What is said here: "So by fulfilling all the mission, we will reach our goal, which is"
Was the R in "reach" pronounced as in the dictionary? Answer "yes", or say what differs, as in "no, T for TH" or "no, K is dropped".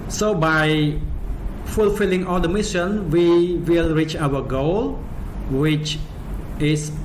yes